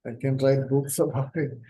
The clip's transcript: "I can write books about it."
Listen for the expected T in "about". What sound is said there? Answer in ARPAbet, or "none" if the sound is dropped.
none